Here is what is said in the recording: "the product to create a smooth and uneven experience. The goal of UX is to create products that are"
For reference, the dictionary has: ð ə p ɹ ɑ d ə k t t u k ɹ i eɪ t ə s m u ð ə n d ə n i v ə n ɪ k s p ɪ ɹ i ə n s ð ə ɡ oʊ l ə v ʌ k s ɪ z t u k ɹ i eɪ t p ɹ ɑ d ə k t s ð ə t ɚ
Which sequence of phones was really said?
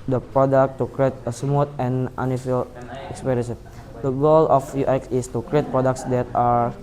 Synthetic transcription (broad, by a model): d ə p ɹ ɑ d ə k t t u k ɹ i eɪ t ə s m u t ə n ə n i f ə l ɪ k s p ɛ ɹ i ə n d ə ɡ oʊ l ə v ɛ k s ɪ s t u k ɹ i eɪ t p ɹ ɑ d ə k t s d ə t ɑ